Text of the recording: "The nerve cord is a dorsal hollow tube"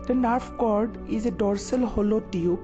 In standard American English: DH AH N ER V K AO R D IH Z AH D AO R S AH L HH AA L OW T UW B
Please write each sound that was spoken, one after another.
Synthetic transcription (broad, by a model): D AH N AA F K AO R D IH Z AH D AO R S AH L HH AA L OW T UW